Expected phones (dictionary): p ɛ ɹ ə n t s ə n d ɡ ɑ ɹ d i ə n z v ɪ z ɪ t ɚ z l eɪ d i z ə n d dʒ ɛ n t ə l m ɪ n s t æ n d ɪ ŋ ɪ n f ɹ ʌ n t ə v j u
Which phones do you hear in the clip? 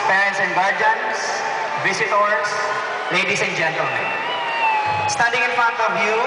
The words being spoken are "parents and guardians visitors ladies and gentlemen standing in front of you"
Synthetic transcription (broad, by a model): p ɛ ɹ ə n s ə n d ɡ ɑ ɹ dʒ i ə n s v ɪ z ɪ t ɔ s l eɪ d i s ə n dʒ ɛ n t ə l m ɪ n s t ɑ d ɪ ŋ ɪ n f ʌ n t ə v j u